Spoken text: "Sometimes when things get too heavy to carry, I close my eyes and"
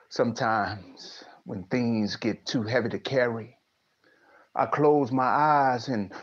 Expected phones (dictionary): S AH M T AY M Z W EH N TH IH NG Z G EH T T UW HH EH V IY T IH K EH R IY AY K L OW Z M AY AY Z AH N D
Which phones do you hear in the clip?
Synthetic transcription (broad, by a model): S AH M T AY M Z W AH N TH IH NG Z G EH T T UW HH EH V IY T IH K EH R IY AY K L OW Z M AY AY Z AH N